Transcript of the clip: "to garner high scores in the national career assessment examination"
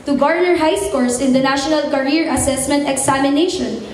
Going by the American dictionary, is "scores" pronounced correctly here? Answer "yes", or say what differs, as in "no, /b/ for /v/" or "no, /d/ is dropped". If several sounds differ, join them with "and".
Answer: no, /s/ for /z/